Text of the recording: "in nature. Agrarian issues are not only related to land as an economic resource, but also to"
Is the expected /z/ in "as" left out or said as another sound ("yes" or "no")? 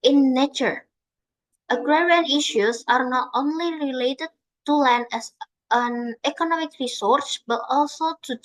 yes